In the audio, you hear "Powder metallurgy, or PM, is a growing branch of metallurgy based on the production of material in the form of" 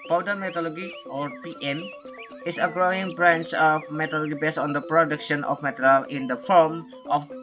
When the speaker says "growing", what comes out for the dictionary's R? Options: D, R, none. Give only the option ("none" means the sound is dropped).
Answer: R